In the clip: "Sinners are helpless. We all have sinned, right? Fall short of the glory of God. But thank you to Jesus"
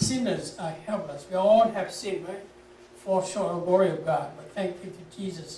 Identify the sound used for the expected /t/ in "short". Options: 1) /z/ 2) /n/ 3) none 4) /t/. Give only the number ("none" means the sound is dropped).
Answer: 3